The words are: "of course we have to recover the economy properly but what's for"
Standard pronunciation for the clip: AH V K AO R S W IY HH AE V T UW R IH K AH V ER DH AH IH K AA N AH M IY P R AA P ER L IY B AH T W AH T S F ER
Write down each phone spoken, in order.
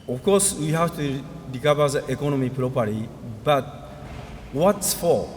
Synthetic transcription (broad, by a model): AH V K AO R S W IY HH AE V T UW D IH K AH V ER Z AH IH K AA N AH M IY P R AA P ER IY B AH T W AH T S F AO